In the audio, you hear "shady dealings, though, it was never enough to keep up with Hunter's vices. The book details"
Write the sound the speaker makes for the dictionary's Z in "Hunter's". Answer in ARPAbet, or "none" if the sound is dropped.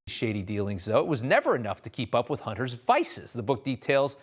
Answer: Z